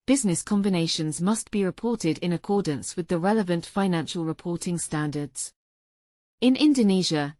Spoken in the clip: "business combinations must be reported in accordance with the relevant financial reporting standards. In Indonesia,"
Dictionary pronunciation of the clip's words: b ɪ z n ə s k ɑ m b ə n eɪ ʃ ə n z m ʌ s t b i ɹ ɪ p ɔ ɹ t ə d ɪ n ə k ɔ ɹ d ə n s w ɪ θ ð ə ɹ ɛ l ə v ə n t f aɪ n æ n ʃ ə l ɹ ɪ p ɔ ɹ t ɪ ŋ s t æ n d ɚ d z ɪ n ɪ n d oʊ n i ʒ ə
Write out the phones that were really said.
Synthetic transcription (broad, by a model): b ɪ z n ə s k ɑ m b ə n eɪ ʃ ə n z m ʌ s b i ɹ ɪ p ɔ t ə d ɪ n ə k ɔ d n s w ɪ ð ə ɹ ɛ l ə v ə n t f aɪ n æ n ʃ ə l ɹ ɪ p ɔ t ɪ ŋ s t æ n d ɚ d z ɪ n ɪ n d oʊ n i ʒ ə